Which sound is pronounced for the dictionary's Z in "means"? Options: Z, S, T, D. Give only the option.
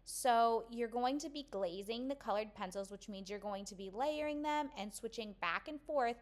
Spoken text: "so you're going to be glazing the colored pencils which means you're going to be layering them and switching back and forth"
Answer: Z